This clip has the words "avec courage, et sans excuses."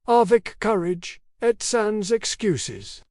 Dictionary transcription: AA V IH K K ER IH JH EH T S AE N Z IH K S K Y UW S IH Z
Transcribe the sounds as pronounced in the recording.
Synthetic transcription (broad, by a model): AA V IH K K ER IH JH EH T S AE N Z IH K S K Y UW S IH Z